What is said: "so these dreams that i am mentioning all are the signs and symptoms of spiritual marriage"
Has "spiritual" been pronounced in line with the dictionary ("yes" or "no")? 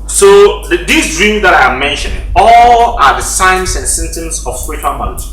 yes